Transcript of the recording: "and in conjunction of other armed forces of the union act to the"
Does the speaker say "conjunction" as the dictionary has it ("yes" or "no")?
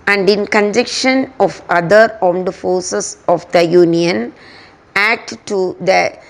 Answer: no